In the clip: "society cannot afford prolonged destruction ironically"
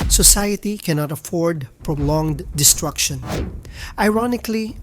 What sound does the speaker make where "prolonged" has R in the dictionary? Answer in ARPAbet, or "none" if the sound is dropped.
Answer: R